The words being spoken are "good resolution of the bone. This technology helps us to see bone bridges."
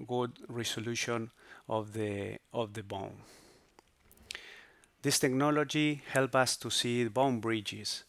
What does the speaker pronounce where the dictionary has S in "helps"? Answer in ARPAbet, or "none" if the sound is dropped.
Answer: none